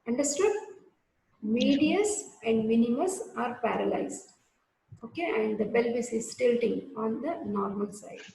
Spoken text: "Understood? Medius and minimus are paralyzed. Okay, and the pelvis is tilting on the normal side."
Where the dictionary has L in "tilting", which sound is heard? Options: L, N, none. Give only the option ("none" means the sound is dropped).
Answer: L